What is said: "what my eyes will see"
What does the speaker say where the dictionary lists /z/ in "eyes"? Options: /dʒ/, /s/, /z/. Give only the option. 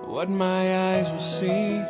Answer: /z/